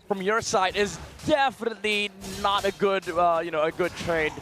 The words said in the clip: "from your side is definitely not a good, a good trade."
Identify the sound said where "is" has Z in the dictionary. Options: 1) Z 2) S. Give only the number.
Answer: 1